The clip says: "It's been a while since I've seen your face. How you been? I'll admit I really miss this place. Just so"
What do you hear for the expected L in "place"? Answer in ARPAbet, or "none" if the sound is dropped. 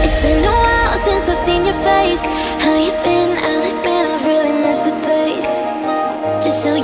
none